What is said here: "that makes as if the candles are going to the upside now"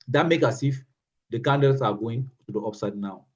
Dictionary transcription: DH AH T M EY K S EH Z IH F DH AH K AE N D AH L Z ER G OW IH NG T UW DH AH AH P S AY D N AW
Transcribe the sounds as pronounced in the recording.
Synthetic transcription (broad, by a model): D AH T M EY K AA S IH F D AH K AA N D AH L S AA G OW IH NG T UW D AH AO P S AY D N AW